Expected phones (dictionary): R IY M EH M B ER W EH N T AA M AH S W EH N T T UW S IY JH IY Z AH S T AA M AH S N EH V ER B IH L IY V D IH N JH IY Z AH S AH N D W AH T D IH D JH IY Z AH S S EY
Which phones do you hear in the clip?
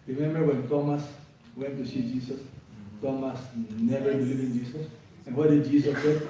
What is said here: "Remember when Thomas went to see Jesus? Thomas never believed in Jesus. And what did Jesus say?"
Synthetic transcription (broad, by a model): R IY M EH M B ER W EH N T AA M AH S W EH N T T UW S IY JH IY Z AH S T AA M AH S N EH V ER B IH L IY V IH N JH IY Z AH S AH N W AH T D IH D JH IY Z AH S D